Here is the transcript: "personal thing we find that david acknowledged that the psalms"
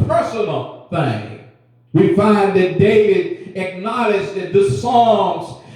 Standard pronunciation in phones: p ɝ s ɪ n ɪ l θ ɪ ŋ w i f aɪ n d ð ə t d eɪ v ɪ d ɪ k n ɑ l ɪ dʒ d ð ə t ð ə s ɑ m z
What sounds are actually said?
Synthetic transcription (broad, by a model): ɝ s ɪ n l θ ɪ ŋ w i f aɪ n ð ə t d eɪ v ɪ d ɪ k n ɑ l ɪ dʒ ð ə t ð ə s ɑ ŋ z